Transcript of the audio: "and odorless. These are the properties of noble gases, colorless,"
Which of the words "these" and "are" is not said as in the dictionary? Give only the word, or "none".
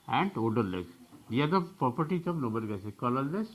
these